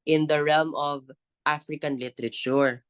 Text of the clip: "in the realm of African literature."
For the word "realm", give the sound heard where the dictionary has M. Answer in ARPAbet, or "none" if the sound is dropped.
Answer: M